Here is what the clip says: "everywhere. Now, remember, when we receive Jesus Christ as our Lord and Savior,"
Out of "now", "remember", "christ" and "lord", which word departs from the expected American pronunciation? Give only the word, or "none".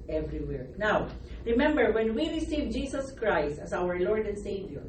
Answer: none